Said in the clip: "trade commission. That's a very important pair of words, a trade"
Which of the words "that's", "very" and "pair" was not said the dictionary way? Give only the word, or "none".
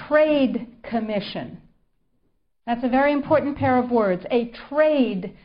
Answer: none